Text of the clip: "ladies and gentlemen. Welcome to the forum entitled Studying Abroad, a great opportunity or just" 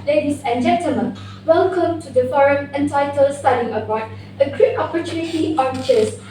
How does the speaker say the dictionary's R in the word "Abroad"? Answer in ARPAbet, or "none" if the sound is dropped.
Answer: none